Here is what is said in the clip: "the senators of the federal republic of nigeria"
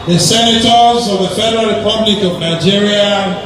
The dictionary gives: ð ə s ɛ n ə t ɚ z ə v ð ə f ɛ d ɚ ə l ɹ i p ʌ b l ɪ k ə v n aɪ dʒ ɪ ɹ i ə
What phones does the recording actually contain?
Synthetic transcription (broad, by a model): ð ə s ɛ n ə t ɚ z ə v ð ə f ɛ d ɚ ə l ɹ i p ʌ b l ɪ k ə v n aɪ dʒ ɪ ɹ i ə